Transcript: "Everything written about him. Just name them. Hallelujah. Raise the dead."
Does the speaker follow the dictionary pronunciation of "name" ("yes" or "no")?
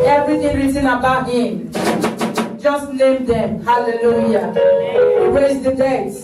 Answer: no